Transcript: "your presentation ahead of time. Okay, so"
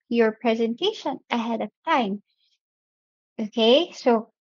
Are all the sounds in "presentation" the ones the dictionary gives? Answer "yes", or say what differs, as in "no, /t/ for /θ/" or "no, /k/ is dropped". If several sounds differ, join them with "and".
yes